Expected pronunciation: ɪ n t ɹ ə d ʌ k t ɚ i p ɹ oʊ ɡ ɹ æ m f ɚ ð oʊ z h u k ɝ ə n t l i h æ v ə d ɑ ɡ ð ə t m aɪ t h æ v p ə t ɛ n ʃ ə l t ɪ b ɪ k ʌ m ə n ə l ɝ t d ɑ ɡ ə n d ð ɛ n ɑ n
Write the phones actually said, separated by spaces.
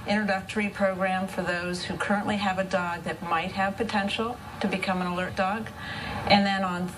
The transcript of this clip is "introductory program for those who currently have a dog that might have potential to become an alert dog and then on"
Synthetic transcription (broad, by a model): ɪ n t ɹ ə d ʌ k t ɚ i p ɹ oʊ ɡ ɹ æ m f ɚ ð oʊ z h u k ɝ ə n t l i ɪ v ə d ɑ ɡ ð ə t m aɪ t h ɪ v p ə t ɛ n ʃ l t ɪ b ɪ k ʌ m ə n ə l ɝ t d ɑ ɡ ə n ð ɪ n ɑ n